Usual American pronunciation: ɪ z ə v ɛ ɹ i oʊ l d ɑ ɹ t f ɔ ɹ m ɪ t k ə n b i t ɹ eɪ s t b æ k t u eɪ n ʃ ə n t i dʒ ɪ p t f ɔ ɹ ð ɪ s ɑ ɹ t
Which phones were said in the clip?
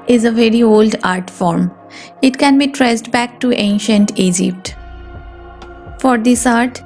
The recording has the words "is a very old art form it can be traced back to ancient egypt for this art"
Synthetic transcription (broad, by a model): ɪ z ə v ɛ ɹ i oʊ l d ɑ ɹ t f ɔ ɹ m ɪ t k ə n b i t ɹ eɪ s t b æ k t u eɪ n ʃ ə n t i dʒ ɪ p t f ɔ ɹ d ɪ s ɑ ɹ t